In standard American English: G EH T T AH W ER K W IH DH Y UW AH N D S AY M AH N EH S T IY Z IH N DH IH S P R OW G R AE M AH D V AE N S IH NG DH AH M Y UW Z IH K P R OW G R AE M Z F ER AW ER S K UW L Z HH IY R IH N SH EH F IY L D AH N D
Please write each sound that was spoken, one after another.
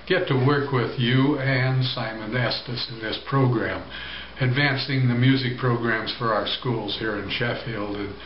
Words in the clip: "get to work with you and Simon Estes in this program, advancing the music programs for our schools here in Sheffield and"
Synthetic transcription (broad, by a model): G EH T T AH W ER K W IH DH Y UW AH N S AY M AH N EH S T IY S IH N DH IH S P R OW G R AE M AH D V AE N S IH NG DH AH M Y UW Z IH K P R OW G R AE M Z F ER AW ER S K UW L Z HH IY R IH N SH EH F IY L D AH N